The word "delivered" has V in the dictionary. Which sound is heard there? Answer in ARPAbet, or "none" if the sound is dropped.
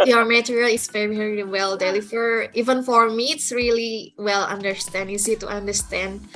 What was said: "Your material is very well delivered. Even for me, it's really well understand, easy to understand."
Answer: F